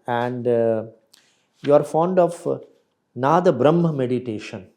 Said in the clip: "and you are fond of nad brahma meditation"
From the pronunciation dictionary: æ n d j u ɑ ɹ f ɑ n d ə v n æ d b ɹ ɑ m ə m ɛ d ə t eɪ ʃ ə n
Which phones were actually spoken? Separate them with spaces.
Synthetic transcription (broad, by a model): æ n d j u ɑ ɹ f ɑ n d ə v n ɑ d b ɹ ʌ m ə m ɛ d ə t eɪ ʃ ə n